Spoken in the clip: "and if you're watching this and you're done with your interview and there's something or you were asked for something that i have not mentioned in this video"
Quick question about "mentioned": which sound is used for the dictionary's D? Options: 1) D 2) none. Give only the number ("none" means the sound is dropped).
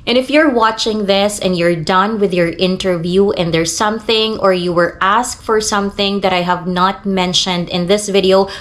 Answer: 1